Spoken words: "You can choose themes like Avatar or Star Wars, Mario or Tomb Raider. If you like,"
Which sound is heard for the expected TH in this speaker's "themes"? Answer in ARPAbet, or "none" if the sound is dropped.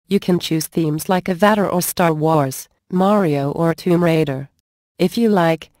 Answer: TH